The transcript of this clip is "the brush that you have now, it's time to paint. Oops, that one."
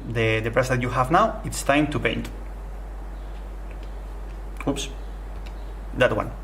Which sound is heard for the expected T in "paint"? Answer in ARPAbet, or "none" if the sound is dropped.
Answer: T